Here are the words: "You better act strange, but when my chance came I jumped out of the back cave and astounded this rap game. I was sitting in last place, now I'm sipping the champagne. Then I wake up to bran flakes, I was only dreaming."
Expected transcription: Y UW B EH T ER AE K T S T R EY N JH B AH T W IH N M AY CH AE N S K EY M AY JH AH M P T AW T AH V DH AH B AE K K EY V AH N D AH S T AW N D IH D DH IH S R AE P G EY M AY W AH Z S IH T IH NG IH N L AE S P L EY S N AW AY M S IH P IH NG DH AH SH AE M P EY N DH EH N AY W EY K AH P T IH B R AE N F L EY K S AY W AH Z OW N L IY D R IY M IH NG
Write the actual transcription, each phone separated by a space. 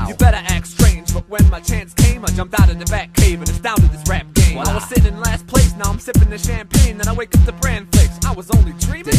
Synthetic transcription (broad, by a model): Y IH B EH T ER AE K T S T R EY N JH B AH T W IH N M AY CH AE N S K EY M AY JH AH M P T AW T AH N DH AH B AE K K EY V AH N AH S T AW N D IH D DH IH S R AE P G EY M AY W AH Z S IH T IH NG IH N L AE S P L EY S N AW AY M S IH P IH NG DH AH SH AE M P EY N DH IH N AY W EY K AH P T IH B R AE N F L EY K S AY W AH Z OW N L IY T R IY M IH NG